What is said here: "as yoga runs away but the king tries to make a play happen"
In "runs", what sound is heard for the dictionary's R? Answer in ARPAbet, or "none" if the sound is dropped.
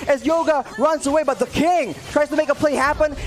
R